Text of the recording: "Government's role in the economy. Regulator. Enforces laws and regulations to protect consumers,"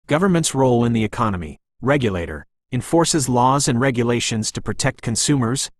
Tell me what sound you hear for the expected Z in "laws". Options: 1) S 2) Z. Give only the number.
2